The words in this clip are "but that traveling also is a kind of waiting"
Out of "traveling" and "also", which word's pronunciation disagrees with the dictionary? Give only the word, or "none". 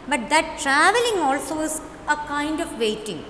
none